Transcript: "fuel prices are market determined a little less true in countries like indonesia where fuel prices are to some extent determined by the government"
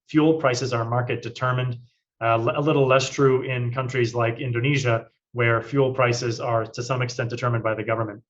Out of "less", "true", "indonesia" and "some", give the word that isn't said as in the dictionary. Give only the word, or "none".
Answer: none